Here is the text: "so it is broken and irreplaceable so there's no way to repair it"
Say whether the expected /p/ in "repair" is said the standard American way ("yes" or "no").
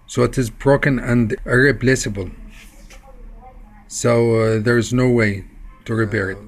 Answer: no